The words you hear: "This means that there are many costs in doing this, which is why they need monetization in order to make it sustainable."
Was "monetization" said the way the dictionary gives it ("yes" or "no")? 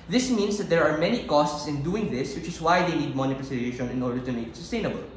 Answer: no